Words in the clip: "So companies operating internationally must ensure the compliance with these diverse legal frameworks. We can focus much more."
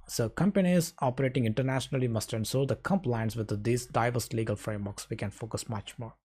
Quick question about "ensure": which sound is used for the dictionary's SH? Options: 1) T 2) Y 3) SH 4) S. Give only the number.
4